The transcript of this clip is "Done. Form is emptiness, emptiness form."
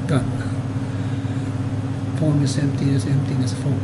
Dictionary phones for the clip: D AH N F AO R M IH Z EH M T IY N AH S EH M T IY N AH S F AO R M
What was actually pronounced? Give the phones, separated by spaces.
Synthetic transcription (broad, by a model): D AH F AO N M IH S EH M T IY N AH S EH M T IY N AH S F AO